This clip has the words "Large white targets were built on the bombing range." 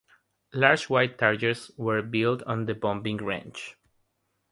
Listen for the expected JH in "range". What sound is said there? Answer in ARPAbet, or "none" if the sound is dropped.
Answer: CH